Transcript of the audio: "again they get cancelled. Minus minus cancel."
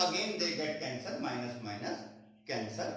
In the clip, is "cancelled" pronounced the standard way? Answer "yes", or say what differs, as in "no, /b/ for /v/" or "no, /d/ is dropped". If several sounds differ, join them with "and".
no, /l/ is dropped